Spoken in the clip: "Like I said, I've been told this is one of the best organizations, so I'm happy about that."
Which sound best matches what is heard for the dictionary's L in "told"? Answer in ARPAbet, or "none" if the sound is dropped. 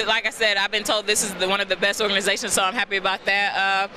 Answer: L